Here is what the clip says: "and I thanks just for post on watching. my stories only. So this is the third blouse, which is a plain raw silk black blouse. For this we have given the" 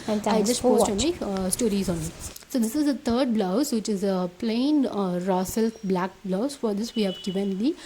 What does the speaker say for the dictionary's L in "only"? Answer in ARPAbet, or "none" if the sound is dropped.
none